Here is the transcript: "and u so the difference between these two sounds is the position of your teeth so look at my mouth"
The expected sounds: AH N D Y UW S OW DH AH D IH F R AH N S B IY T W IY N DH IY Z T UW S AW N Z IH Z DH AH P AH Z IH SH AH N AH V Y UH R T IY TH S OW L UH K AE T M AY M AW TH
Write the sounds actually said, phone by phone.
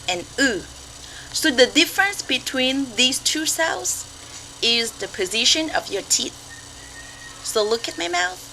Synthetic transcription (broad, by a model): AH N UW S OW DH AH D IH F R AH N S B IY T W IY N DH IY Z T UW S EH L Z IH Z DH AH P AH Z IH SH AH N AH V Y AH R T IY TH S OW L UH K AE T M AY M AW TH